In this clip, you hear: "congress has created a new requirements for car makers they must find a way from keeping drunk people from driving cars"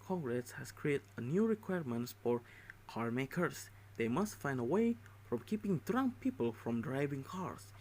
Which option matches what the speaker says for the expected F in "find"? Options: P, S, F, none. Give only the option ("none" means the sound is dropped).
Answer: F